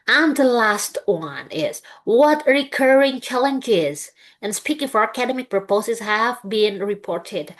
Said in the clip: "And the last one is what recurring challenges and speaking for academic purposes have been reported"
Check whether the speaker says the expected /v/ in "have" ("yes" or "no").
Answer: yes